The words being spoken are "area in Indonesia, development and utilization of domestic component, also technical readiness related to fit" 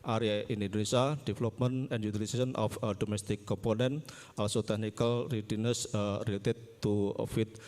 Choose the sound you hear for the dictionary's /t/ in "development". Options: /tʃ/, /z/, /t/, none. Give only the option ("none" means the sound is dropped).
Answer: none